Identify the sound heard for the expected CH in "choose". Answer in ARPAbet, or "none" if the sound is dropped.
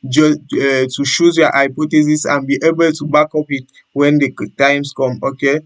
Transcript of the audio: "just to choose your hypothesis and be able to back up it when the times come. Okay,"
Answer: SH